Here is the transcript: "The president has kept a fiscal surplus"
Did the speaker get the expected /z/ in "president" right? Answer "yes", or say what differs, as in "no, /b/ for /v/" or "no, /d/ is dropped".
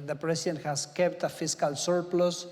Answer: no, /s/ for /z/